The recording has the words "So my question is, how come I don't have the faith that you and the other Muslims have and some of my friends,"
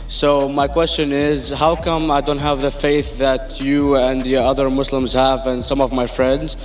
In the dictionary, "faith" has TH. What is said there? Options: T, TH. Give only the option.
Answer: TH